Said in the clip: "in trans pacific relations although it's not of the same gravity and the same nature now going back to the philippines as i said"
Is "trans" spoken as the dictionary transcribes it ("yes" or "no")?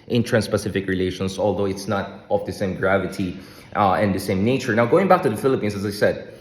no